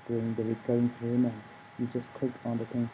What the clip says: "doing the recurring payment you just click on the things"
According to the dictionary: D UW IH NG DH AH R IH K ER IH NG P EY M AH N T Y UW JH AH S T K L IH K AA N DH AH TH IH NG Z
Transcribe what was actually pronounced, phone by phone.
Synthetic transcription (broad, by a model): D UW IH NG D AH R IH K ER IH NG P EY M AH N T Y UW JH AH S T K IH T AA N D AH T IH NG